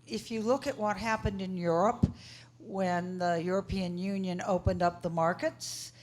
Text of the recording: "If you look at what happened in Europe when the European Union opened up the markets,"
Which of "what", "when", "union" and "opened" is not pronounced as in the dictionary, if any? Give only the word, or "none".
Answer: none